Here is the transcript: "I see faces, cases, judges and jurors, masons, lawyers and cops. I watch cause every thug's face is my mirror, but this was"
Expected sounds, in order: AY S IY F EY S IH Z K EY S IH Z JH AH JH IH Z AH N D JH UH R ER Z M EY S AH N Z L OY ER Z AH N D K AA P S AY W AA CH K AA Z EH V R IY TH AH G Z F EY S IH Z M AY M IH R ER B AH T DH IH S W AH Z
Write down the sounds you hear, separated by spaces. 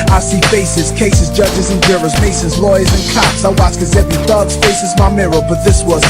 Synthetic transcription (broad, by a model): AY S IY F EY S IH Z K EY S IH Z JH AH JH IH Z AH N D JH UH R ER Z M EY S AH Z L OY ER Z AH N K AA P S AY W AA S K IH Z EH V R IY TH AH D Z F EY S IH Z M AY M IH R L B AH T DH IH S W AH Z